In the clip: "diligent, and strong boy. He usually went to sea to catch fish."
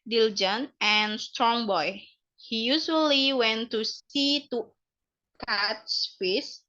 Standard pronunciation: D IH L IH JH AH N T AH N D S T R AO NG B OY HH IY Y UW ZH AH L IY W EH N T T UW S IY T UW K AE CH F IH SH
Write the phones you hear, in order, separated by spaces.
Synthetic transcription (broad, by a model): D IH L JH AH N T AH N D S T R AO NG B OY HH IY Y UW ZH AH L IY W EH N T T UW S IY T UW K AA S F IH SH